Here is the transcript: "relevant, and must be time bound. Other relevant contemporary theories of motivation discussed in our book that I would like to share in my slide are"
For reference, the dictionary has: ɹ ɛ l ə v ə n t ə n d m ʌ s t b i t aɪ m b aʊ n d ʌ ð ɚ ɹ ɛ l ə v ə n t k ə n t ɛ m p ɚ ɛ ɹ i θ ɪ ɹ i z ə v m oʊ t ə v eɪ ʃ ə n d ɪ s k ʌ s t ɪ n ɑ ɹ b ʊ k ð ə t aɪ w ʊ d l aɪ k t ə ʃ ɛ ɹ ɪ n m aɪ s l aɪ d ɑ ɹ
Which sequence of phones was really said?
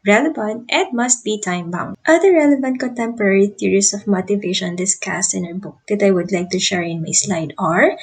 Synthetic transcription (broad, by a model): ɹ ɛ l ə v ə n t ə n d m ʌ s t b i t aɪ m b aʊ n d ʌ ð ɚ ɹ ɛ l ə v ə n t k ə n t ɛ m p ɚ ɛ ɹ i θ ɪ ɹ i s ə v m oʊ t ə v eɪ ʃ ə n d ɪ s k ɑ s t ɪ n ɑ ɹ b ʊ k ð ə t aɪ w ʊ d l aɪ k t ə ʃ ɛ ɹ ɪ n m aɪ s l aɪ d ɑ ɹ